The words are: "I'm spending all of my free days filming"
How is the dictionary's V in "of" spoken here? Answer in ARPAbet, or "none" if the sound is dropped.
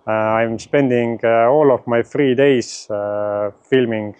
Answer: F